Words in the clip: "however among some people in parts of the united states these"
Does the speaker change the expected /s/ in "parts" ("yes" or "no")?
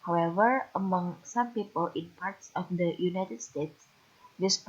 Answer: no